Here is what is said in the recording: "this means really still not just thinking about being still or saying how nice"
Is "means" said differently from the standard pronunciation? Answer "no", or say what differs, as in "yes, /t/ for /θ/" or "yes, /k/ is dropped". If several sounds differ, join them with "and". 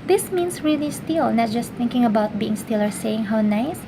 yes, /s/ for /z/